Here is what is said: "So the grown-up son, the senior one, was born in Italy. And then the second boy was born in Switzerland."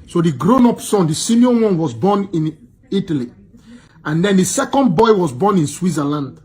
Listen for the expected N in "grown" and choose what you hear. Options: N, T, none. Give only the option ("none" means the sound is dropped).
N